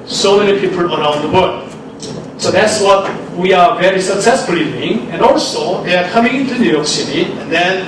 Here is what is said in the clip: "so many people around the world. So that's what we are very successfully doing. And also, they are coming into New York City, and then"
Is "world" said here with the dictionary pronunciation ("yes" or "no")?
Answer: no